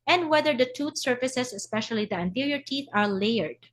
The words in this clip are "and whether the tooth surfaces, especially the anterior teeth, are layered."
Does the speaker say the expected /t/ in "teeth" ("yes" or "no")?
yes